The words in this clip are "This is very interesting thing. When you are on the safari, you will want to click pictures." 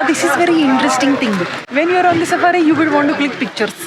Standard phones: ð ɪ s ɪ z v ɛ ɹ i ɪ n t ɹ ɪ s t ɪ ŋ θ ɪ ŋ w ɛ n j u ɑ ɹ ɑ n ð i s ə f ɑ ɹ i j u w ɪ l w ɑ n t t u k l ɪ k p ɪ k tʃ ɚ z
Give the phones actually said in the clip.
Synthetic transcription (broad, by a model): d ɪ s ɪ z v ɛ ɹ i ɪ n t ɹ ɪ s t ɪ ŋ t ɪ ŋ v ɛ n j u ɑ ɹ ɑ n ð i s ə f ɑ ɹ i j u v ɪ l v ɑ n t t u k l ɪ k p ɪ k tʃ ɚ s